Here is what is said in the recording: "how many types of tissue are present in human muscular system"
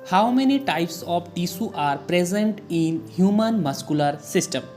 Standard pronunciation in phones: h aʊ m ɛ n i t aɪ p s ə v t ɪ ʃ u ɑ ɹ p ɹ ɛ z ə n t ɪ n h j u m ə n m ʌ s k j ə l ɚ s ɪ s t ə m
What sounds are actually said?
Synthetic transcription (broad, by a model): h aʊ m ɛ n i t aɪ p s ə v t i s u ɑ ɹ p ɹ ɛ z ə n t ɪ n h j u m ə n m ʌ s k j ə l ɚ s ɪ s t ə m